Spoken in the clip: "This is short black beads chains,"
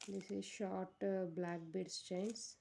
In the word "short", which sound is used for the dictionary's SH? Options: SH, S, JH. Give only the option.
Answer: SH